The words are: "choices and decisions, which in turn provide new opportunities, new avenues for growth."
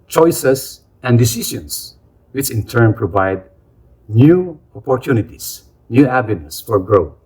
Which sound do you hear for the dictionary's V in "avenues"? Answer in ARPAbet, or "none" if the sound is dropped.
B